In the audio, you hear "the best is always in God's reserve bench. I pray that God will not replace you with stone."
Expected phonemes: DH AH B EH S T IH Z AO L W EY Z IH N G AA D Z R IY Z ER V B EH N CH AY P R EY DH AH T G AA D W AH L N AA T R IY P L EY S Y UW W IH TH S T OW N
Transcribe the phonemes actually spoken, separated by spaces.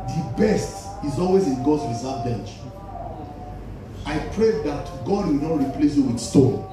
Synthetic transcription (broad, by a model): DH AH B EH S T IH Z AO L W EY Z IH N G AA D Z R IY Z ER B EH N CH AY P R EY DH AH T G AA D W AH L N AA T R IY P L EY S Y UW W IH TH S T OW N